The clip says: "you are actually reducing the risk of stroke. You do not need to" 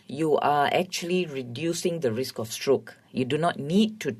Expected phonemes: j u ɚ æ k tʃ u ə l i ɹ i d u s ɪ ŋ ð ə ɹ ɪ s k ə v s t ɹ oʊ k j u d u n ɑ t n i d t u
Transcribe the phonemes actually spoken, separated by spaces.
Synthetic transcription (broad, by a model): j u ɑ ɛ k tʃ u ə l i ɹ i d u s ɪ ŋ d ə ɹ ɪ s k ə f s t ɹ oʊ k j u d u n ɑ t n i d t u